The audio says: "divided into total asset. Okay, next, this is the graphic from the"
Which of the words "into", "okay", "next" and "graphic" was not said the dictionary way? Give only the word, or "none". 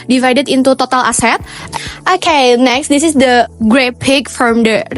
graphic